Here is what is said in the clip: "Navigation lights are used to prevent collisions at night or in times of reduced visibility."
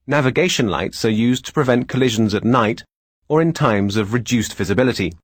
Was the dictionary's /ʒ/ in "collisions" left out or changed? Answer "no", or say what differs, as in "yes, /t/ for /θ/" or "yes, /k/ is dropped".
no